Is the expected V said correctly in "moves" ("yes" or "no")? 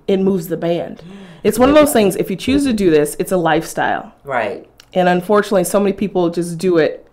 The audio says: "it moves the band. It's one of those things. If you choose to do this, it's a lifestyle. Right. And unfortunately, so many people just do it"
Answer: yes